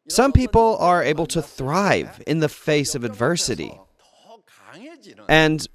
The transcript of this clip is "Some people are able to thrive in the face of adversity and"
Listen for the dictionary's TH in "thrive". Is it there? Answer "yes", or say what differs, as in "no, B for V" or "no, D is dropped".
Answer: yes